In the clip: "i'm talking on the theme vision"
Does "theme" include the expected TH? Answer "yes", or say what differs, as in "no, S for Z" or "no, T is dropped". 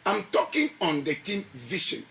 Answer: no, T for TH